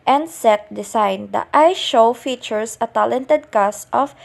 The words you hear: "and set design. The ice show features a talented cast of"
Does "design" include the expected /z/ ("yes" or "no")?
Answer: no